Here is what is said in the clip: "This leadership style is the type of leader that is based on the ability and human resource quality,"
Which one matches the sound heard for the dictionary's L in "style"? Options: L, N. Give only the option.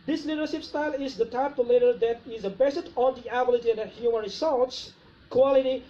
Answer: L